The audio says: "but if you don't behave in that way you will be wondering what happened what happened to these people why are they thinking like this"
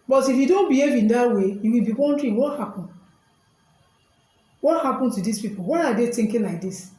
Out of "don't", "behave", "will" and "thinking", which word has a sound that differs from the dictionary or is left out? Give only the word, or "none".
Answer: thinking